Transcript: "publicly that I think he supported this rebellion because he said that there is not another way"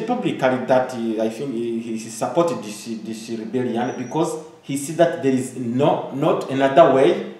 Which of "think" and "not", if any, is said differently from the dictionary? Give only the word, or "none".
think